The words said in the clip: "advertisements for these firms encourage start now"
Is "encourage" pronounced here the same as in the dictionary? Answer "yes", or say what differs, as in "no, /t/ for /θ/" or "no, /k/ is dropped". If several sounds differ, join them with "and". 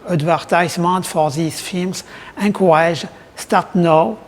no, /n/ is dropped and /ʒ/ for /dʒ/